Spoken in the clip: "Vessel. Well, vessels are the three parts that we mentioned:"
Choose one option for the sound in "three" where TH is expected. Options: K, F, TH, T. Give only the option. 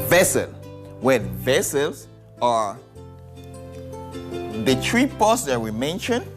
T